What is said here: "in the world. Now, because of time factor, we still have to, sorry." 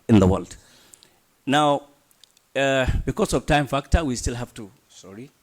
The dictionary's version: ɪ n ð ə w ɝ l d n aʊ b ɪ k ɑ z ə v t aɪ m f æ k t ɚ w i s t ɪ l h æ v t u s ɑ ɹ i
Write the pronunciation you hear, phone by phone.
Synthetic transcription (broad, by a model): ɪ n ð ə w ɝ l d n aʊ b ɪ k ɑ s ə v t aɪ m f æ k t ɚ w i s t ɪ l h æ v t u s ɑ ɹ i